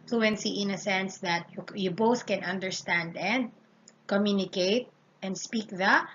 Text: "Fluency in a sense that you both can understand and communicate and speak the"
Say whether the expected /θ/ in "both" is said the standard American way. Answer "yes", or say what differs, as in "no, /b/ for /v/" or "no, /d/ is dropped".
yes